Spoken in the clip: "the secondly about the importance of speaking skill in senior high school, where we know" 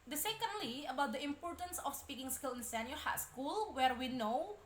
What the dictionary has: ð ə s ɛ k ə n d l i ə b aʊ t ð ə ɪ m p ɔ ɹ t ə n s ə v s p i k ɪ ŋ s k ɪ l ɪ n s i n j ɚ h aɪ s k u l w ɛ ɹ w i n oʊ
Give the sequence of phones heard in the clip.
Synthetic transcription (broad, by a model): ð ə s ɛ k ə n d l i ə b aʊ t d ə ɪ m p ɔ ɹ t ə n s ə f s p i k ɪ ŋ s k ɪ l ɪ n s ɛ n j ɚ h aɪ s k u l w ɛ ɹ w i n oʊ